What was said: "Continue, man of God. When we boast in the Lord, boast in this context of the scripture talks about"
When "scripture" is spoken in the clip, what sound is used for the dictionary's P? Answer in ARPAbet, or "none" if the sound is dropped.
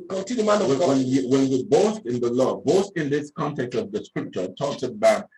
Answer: P